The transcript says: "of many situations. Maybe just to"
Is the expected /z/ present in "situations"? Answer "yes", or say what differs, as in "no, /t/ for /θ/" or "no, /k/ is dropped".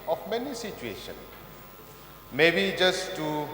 no, /z/ is dropped